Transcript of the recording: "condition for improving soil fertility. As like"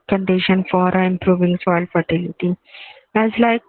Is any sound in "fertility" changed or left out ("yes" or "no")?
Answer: no